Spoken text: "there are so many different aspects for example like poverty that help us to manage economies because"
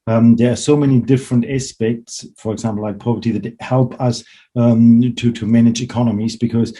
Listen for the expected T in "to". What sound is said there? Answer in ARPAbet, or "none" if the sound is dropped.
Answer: T